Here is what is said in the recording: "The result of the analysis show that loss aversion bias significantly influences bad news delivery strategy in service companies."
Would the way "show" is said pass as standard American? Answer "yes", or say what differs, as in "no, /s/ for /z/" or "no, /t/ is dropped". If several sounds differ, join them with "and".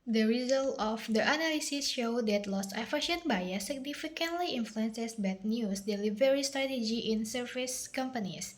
yes